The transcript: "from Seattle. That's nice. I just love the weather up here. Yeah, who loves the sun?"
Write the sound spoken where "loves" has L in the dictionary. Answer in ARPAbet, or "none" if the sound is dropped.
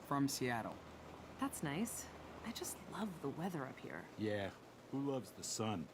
L